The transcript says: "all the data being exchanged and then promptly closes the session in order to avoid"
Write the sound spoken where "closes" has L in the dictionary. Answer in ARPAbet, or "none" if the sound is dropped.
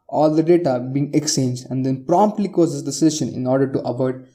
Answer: none